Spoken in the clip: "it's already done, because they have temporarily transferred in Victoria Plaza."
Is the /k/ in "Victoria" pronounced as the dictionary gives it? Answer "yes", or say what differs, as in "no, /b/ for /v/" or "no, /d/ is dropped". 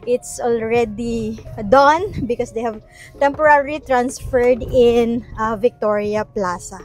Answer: yes